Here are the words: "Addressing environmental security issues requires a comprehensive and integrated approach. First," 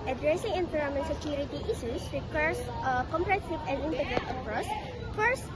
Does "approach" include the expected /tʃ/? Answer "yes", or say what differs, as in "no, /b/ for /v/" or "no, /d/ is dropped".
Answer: no, /s/ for /tʃ/